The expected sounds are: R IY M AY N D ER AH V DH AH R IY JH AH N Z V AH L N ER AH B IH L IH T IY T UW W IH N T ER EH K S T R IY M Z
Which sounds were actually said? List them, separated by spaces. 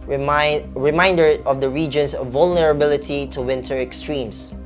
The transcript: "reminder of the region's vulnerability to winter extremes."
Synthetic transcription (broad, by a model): R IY M AY N D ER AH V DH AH R IY JH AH N S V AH L N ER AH B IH L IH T IY T UW W IH N T ER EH K S T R IY M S